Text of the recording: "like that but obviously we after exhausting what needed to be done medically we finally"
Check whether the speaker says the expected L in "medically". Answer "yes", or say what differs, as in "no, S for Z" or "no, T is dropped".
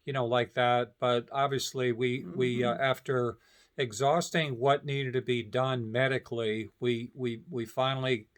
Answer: no, W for L